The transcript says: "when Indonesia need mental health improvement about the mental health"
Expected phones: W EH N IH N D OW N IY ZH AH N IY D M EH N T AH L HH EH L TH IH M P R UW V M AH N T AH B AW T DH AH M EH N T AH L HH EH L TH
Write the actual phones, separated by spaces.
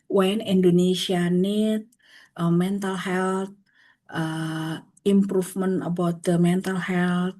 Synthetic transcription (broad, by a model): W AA N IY N D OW N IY S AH N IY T M EH N T AH L HH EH L T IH M P R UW F M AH N AH B AW T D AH M EH N T AH L HH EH L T